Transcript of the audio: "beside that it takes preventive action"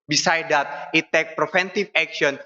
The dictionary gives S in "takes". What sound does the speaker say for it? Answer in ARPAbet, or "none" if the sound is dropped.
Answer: none